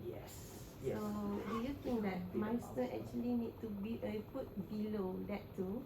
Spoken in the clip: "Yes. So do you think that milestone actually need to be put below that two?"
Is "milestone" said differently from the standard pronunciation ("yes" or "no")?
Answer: yes